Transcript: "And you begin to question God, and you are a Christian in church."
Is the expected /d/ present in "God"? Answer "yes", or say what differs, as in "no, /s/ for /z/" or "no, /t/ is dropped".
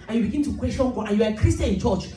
no, /d/ is dropped